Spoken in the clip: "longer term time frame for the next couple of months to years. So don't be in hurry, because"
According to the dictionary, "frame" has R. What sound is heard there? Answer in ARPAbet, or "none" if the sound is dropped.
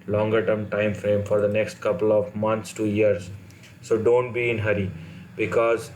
R